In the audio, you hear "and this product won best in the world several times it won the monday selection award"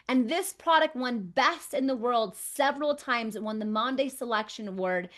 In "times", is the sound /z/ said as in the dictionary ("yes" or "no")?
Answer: yes